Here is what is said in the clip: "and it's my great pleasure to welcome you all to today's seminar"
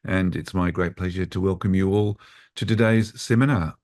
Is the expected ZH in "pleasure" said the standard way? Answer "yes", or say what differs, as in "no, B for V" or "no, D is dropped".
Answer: yes